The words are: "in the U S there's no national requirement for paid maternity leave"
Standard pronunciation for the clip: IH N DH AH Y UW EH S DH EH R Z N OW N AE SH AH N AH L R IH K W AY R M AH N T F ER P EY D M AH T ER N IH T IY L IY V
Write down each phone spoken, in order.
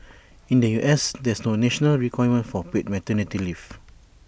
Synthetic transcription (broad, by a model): IH N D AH Y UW EH S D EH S N OW N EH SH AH N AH L R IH K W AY M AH N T F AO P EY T M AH T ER N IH T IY L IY F